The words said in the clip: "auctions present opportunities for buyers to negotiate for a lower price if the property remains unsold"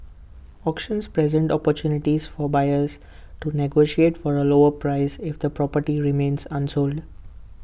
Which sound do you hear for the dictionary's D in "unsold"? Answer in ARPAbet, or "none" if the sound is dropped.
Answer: D